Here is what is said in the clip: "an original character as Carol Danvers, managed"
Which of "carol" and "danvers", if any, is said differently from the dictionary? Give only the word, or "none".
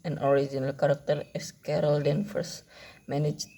danvers